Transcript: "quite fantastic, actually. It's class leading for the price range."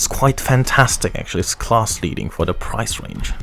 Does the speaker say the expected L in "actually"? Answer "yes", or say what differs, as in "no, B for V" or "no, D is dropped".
no, L is dropped